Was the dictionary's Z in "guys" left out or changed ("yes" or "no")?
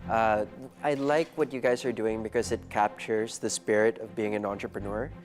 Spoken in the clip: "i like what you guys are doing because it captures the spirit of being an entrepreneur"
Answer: no